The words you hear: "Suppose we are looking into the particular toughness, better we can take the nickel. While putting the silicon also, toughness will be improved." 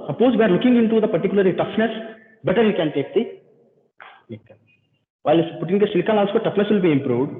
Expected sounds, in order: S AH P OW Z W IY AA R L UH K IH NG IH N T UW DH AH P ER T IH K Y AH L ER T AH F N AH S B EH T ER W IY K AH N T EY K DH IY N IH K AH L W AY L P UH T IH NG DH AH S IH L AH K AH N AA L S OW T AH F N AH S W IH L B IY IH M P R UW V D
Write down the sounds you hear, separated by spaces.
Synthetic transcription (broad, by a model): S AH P OW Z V IY AA R L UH K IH NG IH N T UW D AH P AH T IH K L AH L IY T AH F N AH S B EH T ER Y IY K AH N T EY K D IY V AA AH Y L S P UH T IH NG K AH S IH L K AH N AA L S OW T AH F N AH S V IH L B IY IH M P R UW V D